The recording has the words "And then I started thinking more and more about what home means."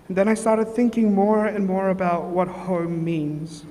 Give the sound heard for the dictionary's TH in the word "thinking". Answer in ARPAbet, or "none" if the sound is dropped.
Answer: TH